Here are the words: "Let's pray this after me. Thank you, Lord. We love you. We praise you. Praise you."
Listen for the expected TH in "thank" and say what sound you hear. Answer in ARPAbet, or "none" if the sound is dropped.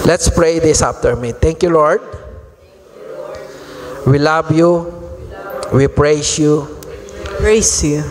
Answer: T